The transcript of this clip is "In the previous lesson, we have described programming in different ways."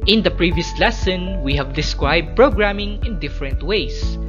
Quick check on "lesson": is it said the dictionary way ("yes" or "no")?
yes